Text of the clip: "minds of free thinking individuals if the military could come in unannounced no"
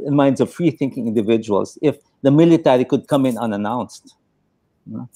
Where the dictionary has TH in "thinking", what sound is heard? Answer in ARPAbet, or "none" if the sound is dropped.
TH